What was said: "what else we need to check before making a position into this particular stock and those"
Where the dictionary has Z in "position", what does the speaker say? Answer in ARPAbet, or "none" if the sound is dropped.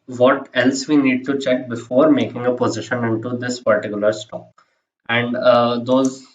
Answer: Z